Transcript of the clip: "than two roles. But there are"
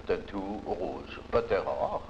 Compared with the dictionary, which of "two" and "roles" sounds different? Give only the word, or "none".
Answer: roles